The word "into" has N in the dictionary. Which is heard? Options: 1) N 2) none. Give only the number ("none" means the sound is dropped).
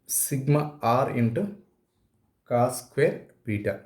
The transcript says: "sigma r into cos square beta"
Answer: 1